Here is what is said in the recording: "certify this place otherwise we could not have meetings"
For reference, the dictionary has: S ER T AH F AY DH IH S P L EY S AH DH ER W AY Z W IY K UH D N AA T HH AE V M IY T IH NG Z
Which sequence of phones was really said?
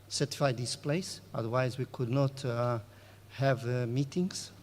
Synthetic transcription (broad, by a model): S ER T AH F AY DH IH S P L EY S AH DH ER W AY Z W IY K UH D N AA T HH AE V M IY T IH NG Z